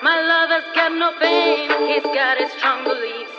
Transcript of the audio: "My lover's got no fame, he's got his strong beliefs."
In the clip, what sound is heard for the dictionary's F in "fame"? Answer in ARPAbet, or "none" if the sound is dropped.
P